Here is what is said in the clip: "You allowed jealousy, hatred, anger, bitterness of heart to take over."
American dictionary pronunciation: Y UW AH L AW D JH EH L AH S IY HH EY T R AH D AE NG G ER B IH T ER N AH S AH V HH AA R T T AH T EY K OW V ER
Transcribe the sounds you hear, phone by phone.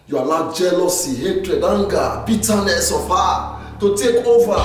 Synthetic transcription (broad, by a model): Y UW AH N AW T JH EH L AH S IY HH EY T R AH D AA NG G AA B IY T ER N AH S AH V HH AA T T AH T EY K OW V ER